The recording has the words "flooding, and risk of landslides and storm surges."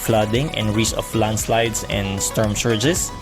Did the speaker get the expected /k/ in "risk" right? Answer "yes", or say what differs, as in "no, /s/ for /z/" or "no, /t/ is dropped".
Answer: no, /k/ is dropped